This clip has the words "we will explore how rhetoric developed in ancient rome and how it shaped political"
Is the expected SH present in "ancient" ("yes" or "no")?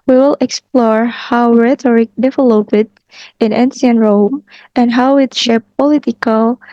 no